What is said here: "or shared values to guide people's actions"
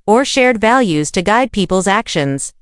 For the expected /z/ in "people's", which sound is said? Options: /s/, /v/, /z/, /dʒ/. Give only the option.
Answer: /z/